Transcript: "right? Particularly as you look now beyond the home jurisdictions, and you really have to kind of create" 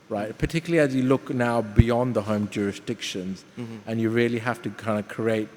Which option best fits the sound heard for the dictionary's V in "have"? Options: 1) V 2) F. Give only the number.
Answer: 2